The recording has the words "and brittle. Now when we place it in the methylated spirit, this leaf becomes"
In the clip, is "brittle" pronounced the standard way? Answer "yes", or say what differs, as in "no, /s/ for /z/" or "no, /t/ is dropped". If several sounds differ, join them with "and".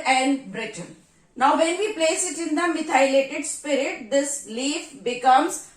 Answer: no, /n/ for /l/